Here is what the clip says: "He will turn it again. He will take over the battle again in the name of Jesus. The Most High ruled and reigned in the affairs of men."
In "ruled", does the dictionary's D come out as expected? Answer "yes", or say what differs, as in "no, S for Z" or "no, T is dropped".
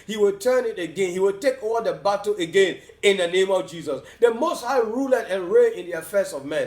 no, D is dropped